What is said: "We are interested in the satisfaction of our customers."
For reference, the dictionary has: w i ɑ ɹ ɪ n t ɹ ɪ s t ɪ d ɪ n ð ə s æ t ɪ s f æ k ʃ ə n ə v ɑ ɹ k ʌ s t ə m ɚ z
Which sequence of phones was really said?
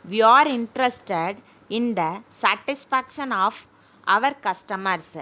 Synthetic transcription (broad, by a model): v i ɑ ɹ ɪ n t ɹ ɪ s t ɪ d ɪ n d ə s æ t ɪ s f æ k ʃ ə n ə v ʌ ɹ k ʌ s t ə m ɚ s